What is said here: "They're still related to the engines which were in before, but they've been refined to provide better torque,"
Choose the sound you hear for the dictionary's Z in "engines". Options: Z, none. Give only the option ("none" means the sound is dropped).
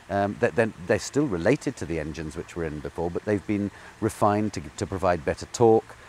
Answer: Z